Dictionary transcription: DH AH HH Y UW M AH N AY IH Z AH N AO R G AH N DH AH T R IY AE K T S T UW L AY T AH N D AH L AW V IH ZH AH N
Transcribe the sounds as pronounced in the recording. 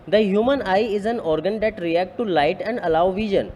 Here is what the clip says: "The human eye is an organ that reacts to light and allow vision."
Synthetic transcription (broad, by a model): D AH HH Y UW M AH N AY IH Z AH N AO R G AH N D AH T R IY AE K T T UW L AY T AH N D AH L AW V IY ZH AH N